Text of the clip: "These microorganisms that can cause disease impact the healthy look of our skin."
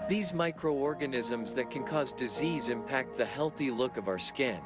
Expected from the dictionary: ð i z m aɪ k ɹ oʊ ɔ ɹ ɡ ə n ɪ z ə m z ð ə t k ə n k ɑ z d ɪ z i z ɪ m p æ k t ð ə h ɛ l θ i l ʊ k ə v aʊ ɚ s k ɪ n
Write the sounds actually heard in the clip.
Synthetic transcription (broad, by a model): ð i z m aɪ k ɹ oʊ ɔ ɹ ɡ ə n ɪ z ə m z ð ə t k ə n k ɑ z d ɪ z i z ɪ m p æ k t ð ə h ɛ l θ i l ʊ k ə v aʊ ɚ s k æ n